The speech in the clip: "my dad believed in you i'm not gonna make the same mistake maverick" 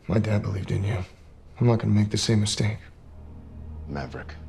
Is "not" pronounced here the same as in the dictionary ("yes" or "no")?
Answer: no